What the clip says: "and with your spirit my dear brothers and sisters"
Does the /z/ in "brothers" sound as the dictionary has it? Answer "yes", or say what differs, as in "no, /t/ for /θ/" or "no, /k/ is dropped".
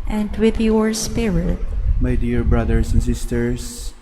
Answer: no, /s/ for /z/